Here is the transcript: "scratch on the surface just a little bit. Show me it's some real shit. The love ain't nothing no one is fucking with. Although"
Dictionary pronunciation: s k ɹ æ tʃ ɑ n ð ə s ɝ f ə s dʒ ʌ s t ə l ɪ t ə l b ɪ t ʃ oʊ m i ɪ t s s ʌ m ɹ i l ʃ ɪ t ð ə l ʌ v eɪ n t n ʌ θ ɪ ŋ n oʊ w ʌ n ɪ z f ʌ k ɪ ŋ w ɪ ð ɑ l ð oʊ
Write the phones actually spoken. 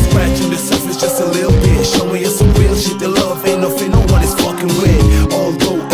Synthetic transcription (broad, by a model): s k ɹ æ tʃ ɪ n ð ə s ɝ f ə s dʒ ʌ s t ə l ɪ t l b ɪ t ʃ oʊ m i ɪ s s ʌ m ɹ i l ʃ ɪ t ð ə l ʌ v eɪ n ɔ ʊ f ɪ n oʊ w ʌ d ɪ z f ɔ k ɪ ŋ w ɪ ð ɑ l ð oʊ